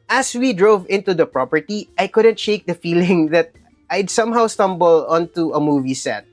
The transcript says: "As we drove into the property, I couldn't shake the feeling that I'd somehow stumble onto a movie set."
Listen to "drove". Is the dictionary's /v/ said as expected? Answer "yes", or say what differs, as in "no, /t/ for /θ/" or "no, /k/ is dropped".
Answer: yes